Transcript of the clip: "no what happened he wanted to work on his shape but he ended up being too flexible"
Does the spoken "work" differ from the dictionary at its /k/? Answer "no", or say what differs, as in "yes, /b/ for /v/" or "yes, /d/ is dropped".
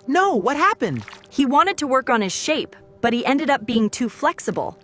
no